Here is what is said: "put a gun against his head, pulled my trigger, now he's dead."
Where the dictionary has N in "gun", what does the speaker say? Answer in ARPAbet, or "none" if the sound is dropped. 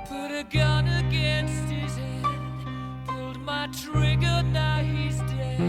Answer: N